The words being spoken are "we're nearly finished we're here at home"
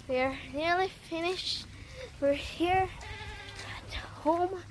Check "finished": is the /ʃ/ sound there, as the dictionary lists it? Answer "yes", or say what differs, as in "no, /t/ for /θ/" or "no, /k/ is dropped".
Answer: yes